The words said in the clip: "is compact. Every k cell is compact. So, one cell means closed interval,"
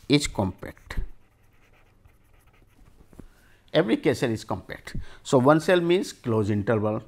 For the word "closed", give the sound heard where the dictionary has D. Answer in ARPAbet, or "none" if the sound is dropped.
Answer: none